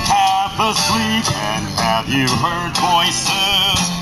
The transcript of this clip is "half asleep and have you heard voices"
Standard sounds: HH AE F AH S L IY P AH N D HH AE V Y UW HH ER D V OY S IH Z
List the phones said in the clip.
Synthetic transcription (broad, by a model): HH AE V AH S W IY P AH N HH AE V Y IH HH ER D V OY S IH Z